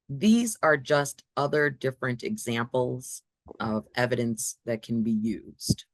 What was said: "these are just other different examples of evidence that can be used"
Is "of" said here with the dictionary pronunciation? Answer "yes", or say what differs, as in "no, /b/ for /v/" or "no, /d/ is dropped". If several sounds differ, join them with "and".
yes